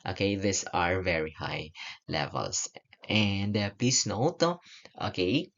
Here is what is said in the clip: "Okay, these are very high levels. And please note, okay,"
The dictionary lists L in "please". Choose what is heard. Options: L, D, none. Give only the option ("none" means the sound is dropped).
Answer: none